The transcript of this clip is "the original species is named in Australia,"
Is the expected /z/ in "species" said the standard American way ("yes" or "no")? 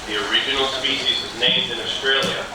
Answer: yes